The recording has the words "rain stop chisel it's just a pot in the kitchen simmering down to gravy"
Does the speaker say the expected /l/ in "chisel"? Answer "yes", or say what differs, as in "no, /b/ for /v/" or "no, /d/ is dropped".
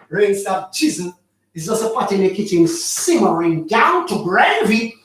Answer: no, /n/ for /l/